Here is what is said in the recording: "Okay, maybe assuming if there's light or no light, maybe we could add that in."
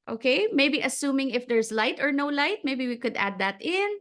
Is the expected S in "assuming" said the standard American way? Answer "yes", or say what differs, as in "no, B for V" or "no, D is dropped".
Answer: yes